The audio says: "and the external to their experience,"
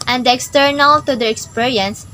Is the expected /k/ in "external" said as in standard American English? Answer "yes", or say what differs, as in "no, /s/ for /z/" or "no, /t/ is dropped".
yes